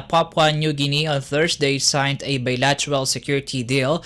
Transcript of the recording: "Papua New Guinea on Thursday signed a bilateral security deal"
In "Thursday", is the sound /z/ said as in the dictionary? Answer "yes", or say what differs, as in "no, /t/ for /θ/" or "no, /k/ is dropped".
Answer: no, /s/ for /z/